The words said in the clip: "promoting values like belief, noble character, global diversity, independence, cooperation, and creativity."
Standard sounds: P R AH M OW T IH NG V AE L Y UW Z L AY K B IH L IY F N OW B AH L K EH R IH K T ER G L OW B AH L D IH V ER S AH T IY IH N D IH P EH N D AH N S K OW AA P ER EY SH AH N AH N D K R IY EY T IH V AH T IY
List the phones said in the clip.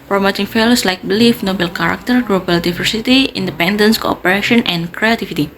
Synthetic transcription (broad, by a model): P R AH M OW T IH NG F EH L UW S L AY K B IH L IY F N OW B AH L K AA R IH K T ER G L OW B AH L D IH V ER S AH T IY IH N D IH P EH N D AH N S K OW AA P ER EY SH AH N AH N K R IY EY T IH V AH T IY